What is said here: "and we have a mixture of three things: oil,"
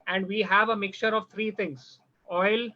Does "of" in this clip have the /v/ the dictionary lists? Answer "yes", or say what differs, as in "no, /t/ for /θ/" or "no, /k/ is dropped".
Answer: yes